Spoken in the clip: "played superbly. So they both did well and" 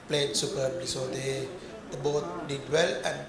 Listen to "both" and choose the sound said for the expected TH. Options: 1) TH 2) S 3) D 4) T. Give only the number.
4